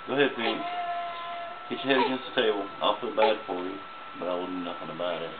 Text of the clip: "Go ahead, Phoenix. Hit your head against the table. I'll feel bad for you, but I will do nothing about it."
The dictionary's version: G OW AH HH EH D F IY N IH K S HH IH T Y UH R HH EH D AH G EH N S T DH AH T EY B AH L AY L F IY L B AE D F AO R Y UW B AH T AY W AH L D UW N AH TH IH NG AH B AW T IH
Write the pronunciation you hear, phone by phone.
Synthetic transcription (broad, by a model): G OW AH HH EH D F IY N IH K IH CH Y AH HH EH D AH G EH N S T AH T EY AH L AY L F IY L B AE D F AO R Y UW B AH T AY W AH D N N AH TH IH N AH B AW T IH